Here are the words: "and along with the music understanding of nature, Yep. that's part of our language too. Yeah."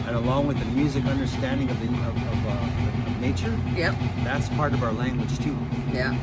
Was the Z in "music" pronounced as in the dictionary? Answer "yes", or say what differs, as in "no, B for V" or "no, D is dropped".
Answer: yes